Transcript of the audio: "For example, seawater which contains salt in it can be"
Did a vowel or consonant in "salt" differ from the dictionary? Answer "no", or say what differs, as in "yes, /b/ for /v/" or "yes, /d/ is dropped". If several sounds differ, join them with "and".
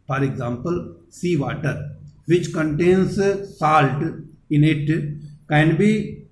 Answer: no